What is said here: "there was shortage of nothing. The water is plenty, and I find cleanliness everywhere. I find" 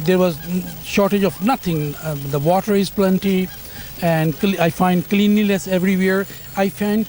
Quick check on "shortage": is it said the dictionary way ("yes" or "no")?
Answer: yes